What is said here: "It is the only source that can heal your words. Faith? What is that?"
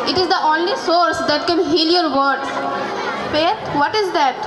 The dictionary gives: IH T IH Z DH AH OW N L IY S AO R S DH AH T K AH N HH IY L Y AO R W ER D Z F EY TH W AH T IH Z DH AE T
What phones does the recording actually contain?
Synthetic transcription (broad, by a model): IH T IH Z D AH OW N L IY S AO R S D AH T K AH N HH IY L Y AO R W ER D F EY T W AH T IH Z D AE T